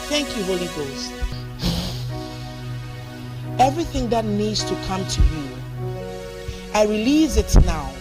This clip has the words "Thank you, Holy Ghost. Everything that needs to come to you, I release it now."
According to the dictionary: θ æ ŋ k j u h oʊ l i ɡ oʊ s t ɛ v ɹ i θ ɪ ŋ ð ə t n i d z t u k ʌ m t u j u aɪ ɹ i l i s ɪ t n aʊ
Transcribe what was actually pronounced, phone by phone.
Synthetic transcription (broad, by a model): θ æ ŋ k j u h oʊ l i ɡ oʊ s t ɛ v ɹ i θ ɪ ŋ ð ə t n i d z t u k ʌ m t u j u aɪ ɹ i l i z ɪ t n aʊ